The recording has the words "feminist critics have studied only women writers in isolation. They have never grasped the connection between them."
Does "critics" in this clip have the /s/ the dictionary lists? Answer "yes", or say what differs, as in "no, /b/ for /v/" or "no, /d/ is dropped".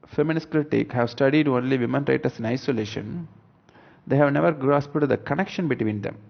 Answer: no, /s/ is dropped